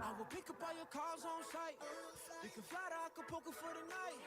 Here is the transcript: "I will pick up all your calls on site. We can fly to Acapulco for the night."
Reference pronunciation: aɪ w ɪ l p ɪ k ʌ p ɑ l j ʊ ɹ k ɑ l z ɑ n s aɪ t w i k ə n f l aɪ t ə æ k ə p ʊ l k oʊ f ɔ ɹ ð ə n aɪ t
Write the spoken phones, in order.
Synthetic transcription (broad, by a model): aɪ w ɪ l p ɪ k ʌ p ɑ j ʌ k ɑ z ɑ n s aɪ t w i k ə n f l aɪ t ə k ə p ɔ k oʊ f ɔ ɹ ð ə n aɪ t